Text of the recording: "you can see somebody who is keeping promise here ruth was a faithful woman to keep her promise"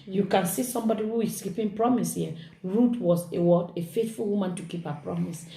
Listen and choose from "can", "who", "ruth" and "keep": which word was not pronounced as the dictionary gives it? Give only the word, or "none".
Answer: ruth